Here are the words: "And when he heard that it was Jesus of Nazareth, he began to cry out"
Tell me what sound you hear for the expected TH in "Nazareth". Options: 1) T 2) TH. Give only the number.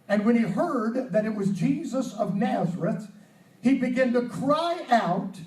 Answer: 2